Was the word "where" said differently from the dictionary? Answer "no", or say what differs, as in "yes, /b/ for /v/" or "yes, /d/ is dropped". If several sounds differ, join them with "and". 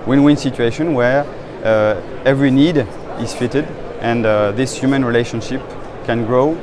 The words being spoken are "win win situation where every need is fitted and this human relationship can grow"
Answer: no